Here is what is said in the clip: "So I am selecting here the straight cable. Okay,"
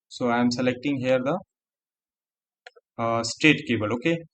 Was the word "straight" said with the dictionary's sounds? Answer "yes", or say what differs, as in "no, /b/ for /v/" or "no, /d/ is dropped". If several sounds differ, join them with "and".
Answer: no, /ɹ/ is dropped